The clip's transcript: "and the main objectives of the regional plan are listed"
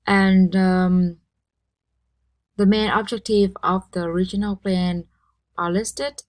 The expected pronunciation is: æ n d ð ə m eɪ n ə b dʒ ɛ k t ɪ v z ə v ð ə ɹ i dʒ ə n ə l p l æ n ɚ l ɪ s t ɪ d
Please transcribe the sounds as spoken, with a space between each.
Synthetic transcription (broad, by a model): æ n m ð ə m eɪ n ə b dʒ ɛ k t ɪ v ə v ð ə ɹ i dʒ ə n ə l p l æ n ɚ l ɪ s t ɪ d